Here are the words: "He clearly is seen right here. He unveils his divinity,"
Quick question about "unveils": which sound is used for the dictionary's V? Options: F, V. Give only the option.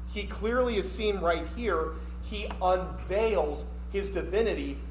V